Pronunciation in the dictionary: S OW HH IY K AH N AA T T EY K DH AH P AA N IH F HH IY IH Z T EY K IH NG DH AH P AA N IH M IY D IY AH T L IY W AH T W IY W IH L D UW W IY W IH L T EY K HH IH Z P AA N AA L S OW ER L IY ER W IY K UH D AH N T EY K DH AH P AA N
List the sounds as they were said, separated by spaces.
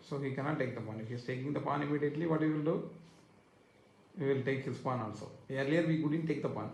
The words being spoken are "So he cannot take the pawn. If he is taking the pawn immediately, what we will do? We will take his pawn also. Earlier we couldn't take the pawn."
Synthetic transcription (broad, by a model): S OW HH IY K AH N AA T T EY K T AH P AA N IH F HH IY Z T EY K IH NG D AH P AA N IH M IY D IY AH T L IY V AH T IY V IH L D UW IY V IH L T EY K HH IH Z P AA N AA N S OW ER L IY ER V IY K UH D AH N T EY K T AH P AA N